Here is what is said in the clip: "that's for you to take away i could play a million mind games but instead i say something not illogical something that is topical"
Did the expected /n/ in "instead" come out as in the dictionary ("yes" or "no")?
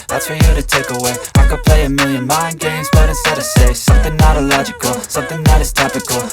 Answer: no